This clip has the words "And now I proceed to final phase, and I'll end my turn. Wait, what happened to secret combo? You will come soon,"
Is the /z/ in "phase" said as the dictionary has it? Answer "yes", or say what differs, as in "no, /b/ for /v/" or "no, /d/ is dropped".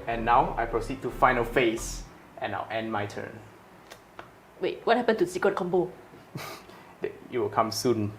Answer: no, /s/ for /z/